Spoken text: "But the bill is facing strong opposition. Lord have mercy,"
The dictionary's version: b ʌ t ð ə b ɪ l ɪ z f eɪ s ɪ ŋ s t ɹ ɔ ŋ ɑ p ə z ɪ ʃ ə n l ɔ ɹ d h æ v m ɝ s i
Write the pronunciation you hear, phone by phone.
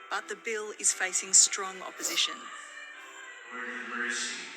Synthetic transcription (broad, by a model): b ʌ t ð ə b ɪ l ɪ z f eɪ s ɪ ŋ s t ɹ ɔ ŋ ɑ p ə z ɪ ʃ ə n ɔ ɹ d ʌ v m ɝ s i